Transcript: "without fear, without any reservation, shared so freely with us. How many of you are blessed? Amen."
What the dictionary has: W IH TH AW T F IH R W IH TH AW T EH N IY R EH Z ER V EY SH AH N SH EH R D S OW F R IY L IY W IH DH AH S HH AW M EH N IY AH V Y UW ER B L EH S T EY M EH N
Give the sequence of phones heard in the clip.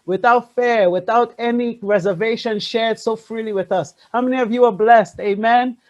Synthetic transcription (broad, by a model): W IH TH AW T F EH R W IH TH AW T EH N IY R EH Z ER V EY SH AH N SH EH R D S OW F R IY L IY W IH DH AH S HH AW M EH N IY AH V Y UW ER B L EH S T EY M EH N